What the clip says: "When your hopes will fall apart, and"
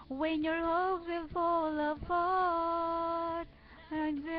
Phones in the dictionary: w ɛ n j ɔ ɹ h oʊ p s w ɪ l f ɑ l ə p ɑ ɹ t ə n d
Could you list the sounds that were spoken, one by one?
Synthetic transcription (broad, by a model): w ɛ n j ɔ ɹ h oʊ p w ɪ l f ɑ l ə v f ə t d